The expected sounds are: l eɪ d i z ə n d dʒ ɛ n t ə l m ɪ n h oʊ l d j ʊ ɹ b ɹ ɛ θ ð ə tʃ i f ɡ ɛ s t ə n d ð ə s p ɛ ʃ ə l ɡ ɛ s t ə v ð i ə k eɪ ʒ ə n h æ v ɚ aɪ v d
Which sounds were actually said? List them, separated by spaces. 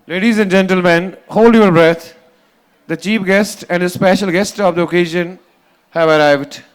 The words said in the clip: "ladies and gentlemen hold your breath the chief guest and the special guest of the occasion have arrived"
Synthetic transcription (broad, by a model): l eɪ d i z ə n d dʒ ɛ n t ə l m ɪ n h oʊ l d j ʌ ɹ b ɹ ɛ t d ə tʃ i p ɡ ɛ s t ə n d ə s p ɛ ʃ ə l ɡ ɛ s t ə v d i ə k eɪ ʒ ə n h æ v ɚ aɪ v d